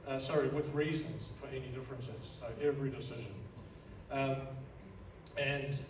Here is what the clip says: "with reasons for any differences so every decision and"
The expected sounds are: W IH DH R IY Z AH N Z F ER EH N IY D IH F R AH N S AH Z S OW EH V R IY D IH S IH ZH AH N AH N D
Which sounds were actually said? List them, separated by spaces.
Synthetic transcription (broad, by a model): W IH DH R IY Z AH N Z F ER EH N IY D IH F R AH N S AH Z S OW EH V R IY D IH S IH ZH AH N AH N